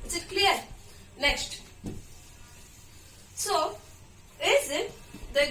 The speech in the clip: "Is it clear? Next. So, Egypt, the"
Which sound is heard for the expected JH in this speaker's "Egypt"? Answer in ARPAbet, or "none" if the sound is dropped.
Z